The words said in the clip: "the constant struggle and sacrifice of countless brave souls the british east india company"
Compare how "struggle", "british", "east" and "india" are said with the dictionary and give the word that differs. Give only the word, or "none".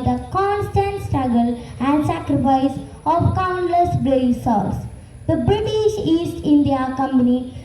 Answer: none